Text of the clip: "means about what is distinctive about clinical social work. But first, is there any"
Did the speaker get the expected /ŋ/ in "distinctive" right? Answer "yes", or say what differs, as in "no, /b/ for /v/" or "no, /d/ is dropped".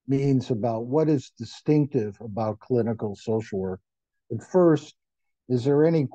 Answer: yes